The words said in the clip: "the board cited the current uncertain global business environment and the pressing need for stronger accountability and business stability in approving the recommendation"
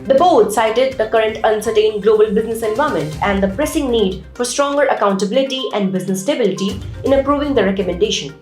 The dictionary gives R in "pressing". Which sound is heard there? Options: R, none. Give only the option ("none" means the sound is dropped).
R